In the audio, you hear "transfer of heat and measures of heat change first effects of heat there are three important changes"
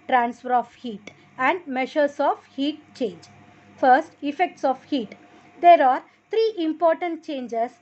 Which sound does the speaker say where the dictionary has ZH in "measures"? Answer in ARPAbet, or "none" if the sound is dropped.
SH